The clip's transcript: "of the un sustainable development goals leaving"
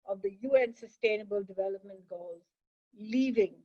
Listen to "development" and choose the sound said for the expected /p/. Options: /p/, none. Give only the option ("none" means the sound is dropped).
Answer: /p/